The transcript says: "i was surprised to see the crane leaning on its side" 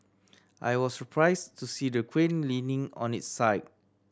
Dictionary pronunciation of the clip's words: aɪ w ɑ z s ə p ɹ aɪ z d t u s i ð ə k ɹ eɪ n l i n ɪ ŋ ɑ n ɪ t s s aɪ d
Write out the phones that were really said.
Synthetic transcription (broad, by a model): aɪ w ɑ s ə p ɹ aɪ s t u s i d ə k w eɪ n l i n ɪ ŋ ɑ n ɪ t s s aɪ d